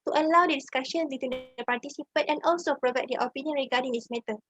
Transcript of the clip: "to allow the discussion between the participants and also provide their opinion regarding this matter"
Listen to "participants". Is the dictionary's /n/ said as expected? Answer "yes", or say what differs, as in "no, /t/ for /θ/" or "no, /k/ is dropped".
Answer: no, /n/ is dropped